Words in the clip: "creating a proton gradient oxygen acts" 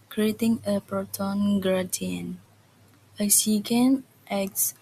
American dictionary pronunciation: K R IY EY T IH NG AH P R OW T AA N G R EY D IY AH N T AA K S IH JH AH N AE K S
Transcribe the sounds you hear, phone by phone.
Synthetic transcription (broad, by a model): K R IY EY T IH NG AH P R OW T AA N G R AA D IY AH N AH S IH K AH N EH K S